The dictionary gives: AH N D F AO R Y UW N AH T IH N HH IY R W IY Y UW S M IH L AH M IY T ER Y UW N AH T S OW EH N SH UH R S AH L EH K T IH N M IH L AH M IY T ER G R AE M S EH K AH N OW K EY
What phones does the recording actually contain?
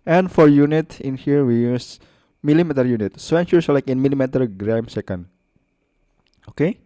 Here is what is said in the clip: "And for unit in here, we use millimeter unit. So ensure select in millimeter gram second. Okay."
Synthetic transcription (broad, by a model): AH N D F AO R Y UW N AH T IH N HH IY R W IY Y UW S M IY L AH M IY T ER Y UW N AH T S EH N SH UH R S L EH K IH N M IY L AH M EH T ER G R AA M S EH K AH N OW K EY